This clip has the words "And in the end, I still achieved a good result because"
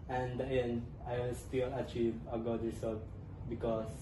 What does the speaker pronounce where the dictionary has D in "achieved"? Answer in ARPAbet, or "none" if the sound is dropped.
none